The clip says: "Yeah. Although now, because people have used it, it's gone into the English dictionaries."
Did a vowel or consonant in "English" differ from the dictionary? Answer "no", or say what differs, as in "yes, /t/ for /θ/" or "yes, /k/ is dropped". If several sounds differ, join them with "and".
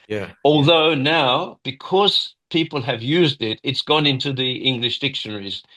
no